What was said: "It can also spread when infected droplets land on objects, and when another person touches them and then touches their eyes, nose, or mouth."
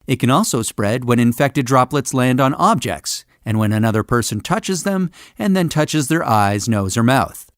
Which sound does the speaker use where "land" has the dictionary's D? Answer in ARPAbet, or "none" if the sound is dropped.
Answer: D